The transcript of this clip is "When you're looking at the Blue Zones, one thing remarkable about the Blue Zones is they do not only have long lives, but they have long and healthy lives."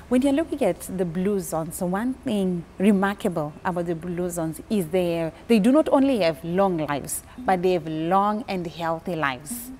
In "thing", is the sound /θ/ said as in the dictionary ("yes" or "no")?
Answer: yes